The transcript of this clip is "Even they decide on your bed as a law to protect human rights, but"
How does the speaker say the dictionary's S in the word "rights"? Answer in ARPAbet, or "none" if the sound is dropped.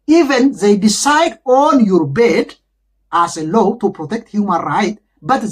none